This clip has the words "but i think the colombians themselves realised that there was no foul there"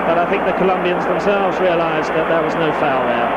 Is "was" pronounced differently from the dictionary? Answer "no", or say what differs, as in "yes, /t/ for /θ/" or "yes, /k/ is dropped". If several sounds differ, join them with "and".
no